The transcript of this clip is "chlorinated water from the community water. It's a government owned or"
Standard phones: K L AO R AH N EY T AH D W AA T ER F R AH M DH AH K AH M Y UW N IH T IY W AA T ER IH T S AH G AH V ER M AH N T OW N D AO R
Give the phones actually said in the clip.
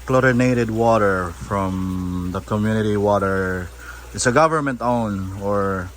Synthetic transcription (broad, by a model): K L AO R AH N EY T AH D W AA T ER F R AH M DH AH K AH M Y UW N IH T IY W AA T ER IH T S AH G AH V ER M AH N T OW N AO R